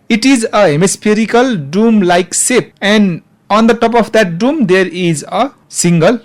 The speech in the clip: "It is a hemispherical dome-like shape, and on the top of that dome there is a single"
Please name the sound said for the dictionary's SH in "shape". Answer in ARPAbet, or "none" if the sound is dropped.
S